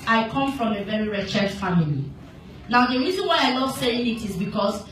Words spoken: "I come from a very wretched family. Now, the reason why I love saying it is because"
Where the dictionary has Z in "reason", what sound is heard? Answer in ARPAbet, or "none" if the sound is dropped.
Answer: Z